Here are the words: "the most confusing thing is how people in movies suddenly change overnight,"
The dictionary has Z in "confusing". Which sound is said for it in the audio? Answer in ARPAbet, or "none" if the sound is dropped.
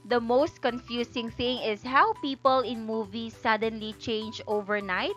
S